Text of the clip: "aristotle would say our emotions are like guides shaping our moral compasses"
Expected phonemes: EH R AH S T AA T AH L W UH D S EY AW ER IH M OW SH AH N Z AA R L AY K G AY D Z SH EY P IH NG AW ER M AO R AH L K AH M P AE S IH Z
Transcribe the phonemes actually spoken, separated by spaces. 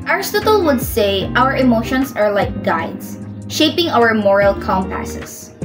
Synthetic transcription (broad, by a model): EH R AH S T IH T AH L W UH D S EY AW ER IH M OW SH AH N S AA R L AY K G AY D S SH EY P IH NG AW ER M AO R AH L K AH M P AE S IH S